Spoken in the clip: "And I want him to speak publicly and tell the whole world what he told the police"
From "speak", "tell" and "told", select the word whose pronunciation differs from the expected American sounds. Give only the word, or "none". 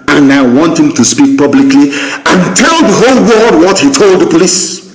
none